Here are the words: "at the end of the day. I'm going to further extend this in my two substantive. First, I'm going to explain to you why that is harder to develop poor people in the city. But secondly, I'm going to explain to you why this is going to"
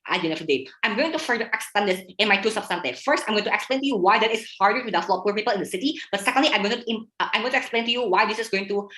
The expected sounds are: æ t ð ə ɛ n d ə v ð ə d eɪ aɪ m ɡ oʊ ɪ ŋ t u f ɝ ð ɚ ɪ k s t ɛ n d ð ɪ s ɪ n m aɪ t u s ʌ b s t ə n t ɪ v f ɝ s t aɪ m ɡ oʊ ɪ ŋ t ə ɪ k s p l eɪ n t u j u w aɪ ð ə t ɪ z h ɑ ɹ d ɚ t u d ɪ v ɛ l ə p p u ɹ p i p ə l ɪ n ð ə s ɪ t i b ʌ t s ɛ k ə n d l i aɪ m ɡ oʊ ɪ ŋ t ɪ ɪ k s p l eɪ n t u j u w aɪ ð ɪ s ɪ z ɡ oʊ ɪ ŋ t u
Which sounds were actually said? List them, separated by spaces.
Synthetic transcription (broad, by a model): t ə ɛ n ə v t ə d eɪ aɪ m ɡ oʊ ɪ ŋ t u f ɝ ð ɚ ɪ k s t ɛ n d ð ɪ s ɪ n m aɪ t u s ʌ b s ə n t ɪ f ɝ s t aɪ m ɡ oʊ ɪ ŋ t ə ɪ k s p l eɪ n t u j u w aɪ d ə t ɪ s h ɑ ɹ d ɚ t u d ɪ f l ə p p u ɹ p i p ə l ɪ n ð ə s ɪ t i b ʌ t s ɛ k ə n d l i aɪ m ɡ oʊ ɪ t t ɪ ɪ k s p l eɪ n t u j u w aɪ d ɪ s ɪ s ɡ oʊ ɪ ŋ t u